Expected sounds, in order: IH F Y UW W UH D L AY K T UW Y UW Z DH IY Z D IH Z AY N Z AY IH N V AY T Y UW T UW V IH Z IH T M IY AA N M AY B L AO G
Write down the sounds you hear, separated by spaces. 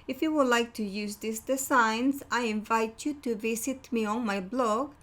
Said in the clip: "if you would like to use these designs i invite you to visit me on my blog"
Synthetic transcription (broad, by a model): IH F Y UW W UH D L AY K T UW Y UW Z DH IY S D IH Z AY N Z AY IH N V AY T Y UW T UW V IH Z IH T M IY AA N M AY B L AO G